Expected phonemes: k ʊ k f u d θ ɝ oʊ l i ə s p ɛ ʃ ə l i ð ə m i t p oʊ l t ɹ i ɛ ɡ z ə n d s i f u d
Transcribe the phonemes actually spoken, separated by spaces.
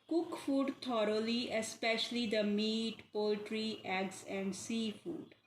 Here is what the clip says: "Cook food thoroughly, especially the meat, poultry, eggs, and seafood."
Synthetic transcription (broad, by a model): k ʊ k f u d t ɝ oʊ l i ə s p ɛ ʃ ə l i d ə m i t p oʊ l t ɹ i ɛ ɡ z ə n d s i f u d